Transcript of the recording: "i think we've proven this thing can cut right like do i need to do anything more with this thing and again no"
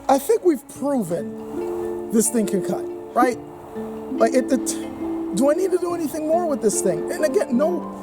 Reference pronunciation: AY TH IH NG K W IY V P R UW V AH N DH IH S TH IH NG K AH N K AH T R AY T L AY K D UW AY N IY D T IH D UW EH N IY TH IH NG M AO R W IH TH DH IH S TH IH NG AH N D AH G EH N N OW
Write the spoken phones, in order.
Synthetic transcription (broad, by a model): AY TH IH NG K W IY V P R UW V AH N DH IH S TH IH NG K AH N K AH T R AY T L AY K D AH AY N IY D T IH D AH EH N IY TH IH NG M AO R W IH DH IH S TH IH NG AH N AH G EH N N OW